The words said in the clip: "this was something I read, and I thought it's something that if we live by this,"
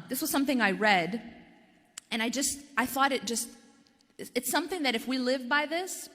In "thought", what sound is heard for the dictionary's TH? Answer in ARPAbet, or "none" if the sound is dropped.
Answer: TH